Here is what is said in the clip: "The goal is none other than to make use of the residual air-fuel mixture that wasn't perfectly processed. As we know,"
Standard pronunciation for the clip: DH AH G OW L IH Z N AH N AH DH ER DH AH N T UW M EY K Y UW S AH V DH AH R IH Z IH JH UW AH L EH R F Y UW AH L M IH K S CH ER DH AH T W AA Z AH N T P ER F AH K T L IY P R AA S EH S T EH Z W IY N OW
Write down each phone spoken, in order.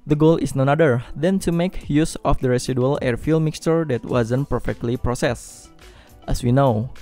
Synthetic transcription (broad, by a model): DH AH G OW L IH S N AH N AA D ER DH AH N T UW M EY K Y UW S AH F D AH R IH S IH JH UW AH L EH R F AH L M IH K S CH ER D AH T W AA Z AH N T P ER F AH K T L IY P R AA S EH S T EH S W IY N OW